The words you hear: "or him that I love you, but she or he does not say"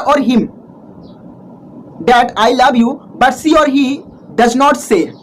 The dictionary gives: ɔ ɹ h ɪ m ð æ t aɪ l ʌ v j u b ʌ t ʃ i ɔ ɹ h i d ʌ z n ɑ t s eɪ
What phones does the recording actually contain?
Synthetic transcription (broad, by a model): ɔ ɹ h ɪ m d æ t aɪ l ʌ v j u b ʌ t s i ɔ ɹ h i d ʌ z n ɑ t s eɪ